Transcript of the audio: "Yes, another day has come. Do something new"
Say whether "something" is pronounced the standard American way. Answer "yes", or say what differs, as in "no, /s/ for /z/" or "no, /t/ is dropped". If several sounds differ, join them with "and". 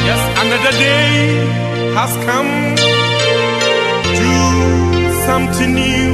no, /t/ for /θ/